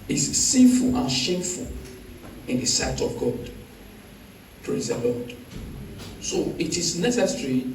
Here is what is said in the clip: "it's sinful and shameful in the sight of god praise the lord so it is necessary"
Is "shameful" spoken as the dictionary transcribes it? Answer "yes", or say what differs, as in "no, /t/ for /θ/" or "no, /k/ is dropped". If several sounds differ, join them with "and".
yes